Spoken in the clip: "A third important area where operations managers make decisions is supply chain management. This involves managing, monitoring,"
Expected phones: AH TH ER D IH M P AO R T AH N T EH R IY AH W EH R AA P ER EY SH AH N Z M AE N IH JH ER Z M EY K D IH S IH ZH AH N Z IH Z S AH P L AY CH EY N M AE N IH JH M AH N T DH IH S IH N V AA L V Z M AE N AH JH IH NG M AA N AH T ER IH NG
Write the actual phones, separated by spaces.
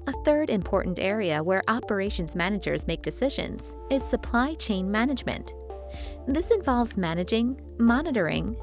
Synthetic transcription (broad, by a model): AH TH ER D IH M P AO R T N T EH R IY AH W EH R AA P ER EY SH AH N Z M AE N IH JH ER Z M EY K D IH S IH ZH AH N Z IH Z S AH P L AY CH EY N M AE N IH JH M AH N T DH IH S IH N V AA L V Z M AE N AH JH IH NG M AA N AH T ER IH NG